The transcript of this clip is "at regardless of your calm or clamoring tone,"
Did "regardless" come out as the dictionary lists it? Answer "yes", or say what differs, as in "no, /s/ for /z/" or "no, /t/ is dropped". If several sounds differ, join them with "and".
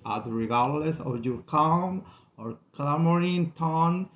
yes